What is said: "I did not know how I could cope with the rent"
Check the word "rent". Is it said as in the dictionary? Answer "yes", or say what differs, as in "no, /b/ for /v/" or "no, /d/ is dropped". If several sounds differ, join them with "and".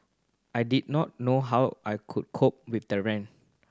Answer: no, /t/ is dropped